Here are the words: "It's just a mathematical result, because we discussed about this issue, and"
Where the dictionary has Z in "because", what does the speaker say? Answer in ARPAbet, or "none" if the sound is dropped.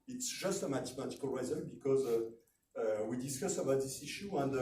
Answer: Z